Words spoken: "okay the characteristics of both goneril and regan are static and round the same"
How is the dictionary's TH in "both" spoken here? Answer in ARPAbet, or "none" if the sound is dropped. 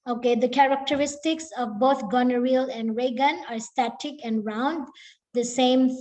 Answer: T